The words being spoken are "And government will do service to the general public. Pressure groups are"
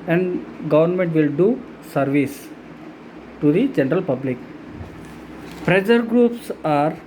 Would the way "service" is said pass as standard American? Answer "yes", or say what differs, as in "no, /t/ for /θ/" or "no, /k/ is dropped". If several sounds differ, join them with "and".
yes